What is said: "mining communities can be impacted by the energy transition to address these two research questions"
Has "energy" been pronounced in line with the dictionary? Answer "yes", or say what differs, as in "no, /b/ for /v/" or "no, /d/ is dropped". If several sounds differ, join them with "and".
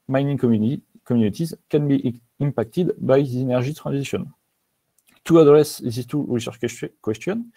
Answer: no, /ʒ/ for /dʒ/